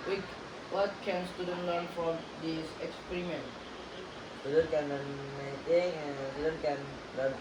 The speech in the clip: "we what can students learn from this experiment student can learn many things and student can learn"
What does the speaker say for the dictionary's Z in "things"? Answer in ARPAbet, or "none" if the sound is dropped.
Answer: none